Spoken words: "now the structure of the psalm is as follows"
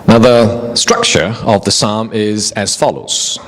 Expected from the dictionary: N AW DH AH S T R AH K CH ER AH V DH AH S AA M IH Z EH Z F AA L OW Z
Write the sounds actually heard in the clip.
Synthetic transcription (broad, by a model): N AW DH AH S T R AH K CH ER AH V DH AH S AA M IH Z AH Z F AA L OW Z